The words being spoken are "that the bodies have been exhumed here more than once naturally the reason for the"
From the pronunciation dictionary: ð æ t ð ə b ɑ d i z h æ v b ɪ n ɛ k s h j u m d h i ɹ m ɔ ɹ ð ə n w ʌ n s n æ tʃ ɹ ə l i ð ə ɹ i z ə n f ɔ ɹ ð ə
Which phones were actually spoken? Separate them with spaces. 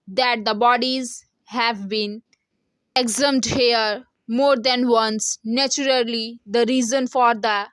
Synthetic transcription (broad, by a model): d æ t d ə b ɑ d i z h æ v b ɪ n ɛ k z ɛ m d h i ɹ m ɔ ɹ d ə n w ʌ n s n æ tʃ ɹ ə l i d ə ɹ i z ə n f ɔ ɹ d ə